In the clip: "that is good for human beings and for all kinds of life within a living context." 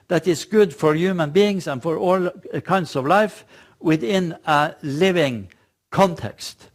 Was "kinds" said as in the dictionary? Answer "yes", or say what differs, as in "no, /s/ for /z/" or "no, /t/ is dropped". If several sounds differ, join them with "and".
no, /s/ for /z/